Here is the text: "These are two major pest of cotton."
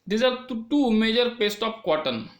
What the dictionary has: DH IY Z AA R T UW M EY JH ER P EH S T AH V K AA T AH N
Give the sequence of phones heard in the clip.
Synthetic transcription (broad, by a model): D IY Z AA R T UW M EY JH ER P EH S T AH P K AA T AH N